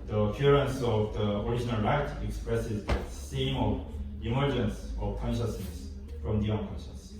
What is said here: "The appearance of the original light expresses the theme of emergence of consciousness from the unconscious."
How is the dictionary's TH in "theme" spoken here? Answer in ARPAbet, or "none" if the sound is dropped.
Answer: S